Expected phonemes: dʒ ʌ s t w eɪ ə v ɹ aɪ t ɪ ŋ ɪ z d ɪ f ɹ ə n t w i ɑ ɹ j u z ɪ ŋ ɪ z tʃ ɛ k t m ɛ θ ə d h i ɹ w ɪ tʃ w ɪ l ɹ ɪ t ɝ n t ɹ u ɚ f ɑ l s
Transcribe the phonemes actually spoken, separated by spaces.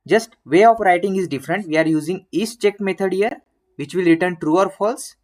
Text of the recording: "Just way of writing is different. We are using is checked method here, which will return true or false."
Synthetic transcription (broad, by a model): dʒ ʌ s t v eɪ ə p ɹ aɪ t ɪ ŋ ɪ z d ɪ f ɹ ə n t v i ɑ ɹ j u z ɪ ŋ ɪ s tʃ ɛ k m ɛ t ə d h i ɹ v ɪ tʃ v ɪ l ɹ ɪ t ɝ n t ɹ u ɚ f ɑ l s